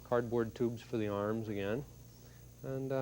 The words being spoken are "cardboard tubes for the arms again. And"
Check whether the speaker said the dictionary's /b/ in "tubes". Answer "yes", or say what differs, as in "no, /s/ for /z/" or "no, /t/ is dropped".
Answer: yes